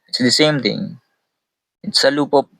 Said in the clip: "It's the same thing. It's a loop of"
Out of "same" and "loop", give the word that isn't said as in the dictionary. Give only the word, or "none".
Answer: none